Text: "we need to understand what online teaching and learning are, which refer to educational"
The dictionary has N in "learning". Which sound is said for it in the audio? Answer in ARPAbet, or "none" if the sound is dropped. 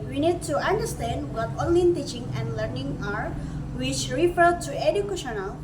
N